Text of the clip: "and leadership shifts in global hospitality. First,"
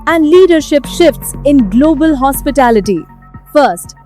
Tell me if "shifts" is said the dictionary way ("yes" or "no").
yes